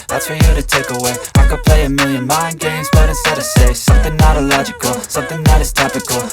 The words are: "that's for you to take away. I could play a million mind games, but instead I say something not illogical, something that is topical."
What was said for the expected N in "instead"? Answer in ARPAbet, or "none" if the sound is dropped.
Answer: none